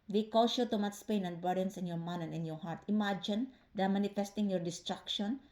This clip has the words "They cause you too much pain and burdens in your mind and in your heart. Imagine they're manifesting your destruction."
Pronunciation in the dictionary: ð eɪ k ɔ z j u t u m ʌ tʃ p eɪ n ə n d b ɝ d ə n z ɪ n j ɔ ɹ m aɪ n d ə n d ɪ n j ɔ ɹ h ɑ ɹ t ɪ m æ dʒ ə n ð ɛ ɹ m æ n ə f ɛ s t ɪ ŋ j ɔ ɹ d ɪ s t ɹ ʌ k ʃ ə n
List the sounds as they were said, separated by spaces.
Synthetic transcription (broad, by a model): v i k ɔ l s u t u m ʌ s p eɪ n ə n d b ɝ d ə n s ɪ n j ɔ ɹ m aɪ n ə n ɪ n j ɔ ɹ h ɑ ɹ t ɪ m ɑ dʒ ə n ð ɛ m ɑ n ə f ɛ s t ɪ ŋ j ɔ ɹ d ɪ s t ɹ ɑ k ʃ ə n